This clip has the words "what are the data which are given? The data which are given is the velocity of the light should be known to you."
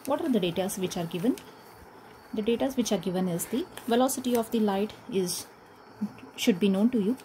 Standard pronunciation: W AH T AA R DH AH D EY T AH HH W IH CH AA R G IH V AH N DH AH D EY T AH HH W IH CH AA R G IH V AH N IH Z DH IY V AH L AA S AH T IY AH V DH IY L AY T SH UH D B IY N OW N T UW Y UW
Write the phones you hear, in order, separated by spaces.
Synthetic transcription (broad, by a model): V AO T AA R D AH D EY T AH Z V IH CH AA R G IH V AH N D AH D EY T AH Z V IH CH AA R G IH V AH N IH Z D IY V AH L AA S AH T IY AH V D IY L AY T SH UH D B IY N OW N T UW Y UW